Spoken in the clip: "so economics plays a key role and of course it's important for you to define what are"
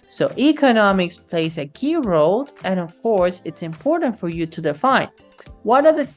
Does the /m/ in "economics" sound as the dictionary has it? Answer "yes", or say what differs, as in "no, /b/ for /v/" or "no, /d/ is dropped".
yes